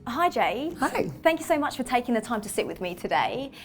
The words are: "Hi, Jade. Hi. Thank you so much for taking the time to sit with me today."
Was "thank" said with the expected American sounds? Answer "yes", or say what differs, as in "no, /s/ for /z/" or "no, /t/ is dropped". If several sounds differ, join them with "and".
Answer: yes